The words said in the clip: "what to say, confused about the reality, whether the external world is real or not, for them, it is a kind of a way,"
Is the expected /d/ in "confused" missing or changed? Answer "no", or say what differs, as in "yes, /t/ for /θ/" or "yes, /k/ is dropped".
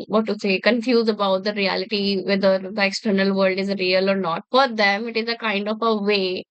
yes, /d/ is dropped